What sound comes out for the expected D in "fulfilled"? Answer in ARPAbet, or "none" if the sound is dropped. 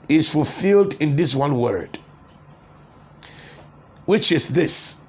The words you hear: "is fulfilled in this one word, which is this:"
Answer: D